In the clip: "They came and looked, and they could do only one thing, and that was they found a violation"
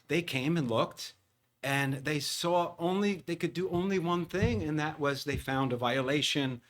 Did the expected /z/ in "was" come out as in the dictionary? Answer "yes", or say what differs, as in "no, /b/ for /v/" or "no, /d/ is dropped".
yes